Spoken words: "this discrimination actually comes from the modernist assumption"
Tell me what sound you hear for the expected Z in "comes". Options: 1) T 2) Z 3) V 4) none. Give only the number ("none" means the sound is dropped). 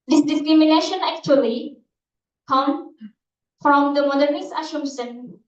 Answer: 4